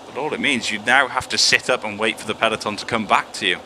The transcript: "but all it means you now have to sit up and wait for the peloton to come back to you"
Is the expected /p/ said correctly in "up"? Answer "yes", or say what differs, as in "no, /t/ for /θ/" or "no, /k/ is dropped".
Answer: yes